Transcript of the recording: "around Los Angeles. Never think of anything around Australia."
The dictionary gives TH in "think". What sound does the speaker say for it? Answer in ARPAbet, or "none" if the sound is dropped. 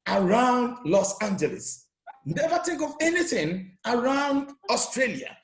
T